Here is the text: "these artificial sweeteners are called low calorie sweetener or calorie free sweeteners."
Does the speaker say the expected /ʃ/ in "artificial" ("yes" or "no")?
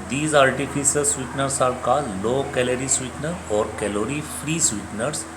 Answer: no